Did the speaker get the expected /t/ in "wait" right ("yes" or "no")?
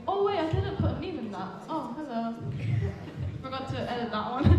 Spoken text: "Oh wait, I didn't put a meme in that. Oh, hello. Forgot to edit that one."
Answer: no